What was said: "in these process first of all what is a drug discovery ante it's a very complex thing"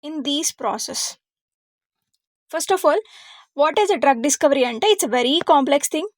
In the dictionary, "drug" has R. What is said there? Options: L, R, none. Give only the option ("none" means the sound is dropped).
R